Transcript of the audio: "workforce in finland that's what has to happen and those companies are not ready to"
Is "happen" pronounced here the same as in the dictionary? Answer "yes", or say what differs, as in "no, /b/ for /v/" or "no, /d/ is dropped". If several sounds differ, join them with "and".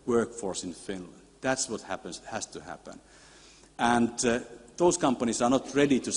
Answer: yes